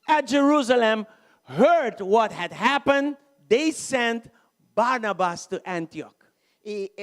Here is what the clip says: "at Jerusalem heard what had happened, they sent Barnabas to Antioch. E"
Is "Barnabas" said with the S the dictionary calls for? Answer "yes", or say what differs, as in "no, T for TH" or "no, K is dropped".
yes